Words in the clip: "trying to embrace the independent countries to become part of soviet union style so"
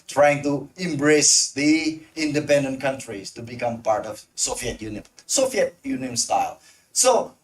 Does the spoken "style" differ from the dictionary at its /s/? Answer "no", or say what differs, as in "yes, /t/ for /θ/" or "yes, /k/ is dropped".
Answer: no